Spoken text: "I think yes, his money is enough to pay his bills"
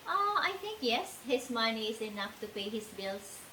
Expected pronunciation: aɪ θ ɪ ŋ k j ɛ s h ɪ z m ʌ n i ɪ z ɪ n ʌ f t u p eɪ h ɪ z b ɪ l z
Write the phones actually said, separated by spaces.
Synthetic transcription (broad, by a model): aɪ t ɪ ŋ k j ɛ s h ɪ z m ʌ n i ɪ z ɪ n ʌ f t u p eɪ h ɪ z b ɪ l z